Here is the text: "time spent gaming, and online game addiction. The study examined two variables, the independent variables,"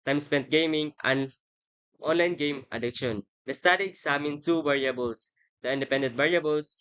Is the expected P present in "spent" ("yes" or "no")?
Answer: yes